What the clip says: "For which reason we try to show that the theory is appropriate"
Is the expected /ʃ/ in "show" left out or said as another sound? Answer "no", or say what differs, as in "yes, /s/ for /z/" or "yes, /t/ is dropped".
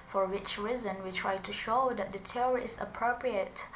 no